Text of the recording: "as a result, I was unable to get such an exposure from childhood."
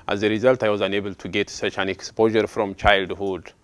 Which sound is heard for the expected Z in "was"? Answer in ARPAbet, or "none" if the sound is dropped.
Z